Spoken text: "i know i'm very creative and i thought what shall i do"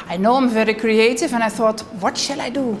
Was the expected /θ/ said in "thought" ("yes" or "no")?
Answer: yes